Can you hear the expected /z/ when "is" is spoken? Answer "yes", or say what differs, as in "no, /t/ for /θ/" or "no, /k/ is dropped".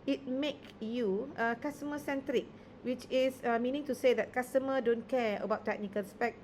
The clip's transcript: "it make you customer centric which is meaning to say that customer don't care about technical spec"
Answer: no, /s/ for /z/